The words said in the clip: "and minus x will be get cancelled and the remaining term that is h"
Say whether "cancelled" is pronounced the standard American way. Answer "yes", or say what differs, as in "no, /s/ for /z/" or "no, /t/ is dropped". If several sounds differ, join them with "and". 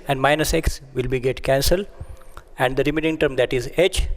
no, /d/ is dropped